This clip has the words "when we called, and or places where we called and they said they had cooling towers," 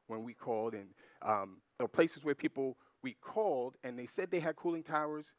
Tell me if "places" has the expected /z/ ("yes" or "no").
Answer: yes